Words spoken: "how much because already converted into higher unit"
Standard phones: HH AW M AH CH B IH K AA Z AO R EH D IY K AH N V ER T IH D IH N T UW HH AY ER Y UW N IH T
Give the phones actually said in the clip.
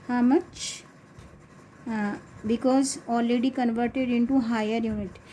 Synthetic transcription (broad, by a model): HH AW M AH CH B IH K AA Z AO L EH D IY K AH N V ER T IH D IH N T UW HH AY ER Y UW N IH T